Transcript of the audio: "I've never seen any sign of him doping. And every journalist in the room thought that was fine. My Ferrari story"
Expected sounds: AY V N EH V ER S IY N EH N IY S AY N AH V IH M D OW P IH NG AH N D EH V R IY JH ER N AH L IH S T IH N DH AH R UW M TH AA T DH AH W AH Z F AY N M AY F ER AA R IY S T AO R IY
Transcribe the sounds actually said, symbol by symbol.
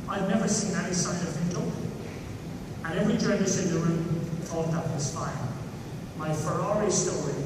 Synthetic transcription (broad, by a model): AY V N EH V ER S IY N EH N IY S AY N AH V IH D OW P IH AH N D EH V R IY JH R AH N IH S IH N DH AH R UW M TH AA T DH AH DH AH S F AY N M AY F ER AA R IY S T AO R IY